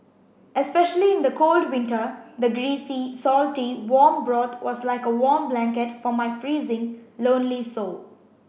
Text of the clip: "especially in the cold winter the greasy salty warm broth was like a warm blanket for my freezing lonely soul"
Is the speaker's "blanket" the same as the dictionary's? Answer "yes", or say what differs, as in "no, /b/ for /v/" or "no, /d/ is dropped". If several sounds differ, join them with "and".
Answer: yes